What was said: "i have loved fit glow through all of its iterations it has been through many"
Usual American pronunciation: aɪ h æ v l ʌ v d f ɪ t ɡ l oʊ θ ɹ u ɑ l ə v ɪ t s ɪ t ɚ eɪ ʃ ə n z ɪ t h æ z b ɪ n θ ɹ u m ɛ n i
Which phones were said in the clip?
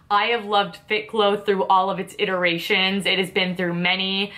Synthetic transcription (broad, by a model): aɪ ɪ v l ʌ v d f ɪ t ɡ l oʊ θ ɹ u ɑ l ə v ɪ t s ɪ t ɚ eɪ ʃ ə n z ɪ t h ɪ z b ɪ n θ ɹ u m ɛ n i